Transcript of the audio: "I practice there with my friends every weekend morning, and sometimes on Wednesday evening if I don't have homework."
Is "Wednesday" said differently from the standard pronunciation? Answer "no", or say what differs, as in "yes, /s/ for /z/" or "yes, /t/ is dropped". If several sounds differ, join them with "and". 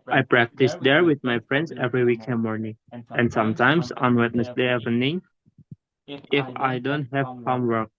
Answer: yes, /s/ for /z/